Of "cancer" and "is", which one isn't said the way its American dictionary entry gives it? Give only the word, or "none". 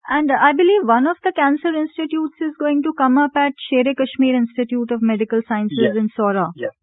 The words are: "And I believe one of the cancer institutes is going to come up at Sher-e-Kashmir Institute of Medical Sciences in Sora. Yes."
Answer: none